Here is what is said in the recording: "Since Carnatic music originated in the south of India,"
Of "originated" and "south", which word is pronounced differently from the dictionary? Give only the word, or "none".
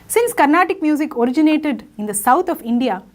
south